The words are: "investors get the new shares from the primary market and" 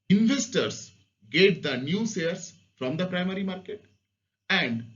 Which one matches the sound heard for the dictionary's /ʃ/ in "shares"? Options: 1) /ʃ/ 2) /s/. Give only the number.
2